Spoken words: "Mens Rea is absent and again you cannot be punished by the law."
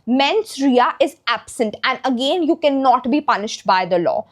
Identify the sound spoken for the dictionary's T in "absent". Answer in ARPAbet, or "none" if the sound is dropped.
T